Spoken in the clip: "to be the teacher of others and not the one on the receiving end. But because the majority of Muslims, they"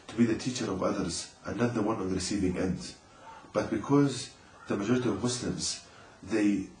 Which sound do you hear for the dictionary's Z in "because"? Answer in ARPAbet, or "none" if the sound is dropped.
Z